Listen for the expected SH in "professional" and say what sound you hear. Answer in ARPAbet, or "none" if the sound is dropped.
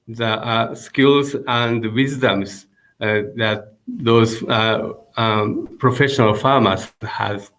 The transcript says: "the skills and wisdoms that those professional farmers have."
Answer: SH